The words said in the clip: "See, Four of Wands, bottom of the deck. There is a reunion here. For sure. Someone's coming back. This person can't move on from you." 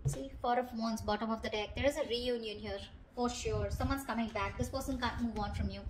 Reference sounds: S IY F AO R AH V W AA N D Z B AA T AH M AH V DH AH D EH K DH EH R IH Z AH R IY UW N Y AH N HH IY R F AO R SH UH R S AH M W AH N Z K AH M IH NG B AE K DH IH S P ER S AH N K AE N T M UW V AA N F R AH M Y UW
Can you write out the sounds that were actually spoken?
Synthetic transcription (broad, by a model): S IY F AO R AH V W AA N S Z B AA T AH M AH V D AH D EH K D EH R IH Z AH R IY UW N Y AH N HH IY R F AO R SH UH R S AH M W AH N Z K AH M IH NG B AE K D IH S P ER S AH N K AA N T M UW V AA N F R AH M Y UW